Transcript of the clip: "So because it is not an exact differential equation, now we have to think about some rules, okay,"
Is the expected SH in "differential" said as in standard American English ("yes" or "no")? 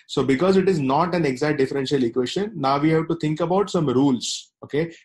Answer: yes